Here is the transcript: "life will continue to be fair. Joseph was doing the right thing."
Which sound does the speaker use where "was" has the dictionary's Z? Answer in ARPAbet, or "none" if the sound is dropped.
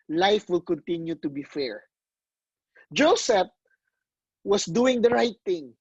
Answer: S